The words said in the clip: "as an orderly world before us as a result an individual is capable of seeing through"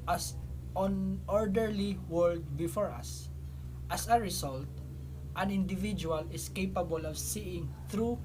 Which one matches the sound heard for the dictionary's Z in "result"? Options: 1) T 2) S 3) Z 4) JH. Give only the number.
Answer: 2